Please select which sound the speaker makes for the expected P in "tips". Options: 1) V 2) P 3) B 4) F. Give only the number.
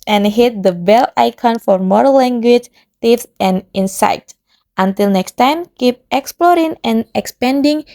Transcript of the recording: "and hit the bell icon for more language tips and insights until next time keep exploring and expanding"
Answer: 4